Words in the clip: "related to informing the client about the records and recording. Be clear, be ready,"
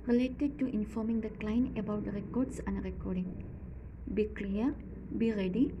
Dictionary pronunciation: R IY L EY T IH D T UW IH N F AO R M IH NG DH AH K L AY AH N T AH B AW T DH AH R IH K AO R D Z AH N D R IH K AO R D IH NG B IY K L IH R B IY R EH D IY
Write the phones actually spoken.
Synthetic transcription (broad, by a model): R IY L EY T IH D T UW IH N F AO R M IH NG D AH K L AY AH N AH B AW T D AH R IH K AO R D S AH N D R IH K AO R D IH NG B IY K L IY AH B IY R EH D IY